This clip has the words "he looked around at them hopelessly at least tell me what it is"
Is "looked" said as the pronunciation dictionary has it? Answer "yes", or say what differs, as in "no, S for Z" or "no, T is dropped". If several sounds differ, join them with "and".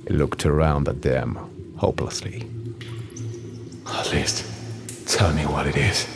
yes